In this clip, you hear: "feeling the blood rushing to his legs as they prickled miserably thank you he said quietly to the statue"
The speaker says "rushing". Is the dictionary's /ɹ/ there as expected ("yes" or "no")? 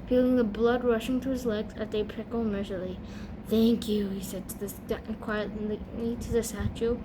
yes